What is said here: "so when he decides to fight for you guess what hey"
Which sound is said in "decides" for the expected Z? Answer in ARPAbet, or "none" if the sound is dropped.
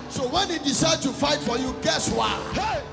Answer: none